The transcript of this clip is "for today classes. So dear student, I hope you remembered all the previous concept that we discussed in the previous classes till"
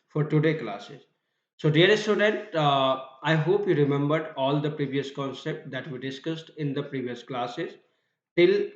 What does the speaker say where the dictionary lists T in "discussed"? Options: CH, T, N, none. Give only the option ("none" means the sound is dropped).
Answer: T